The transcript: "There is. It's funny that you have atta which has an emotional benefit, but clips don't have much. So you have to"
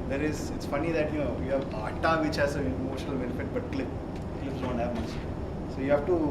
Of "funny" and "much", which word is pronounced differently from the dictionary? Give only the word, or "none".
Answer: much